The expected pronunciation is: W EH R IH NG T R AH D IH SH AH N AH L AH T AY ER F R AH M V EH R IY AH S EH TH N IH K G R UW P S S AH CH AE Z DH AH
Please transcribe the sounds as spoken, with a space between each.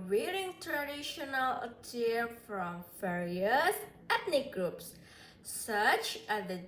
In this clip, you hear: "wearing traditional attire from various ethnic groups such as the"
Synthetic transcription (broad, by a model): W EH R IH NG T R AH D IH SH AH N AH L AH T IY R F R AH M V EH R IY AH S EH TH N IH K G R UW P S S AH CH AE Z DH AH